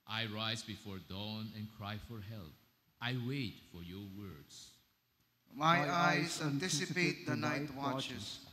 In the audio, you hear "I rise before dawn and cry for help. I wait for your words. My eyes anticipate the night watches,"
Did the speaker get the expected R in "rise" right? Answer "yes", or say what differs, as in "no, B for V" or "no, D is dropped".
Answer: yes